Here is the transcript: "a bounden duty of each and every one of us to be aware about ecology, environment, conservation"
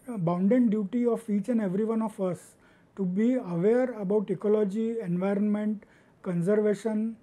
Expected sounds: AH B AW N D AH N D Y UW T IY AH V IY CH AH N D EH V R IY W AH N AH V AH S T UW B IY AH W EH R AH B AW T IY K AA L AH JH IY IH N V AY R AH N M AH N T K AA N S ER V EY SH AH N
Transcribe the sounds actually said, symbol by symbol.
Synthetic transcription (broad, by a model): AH B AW N D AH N D Y UW T IY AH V IY CH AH N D EH V R IY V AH N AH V AH S T UW B IY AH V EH R AH B AW T IY K AA L AH JH IY IH N V AY R AH N M AH N T K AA N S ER V EY SH AH N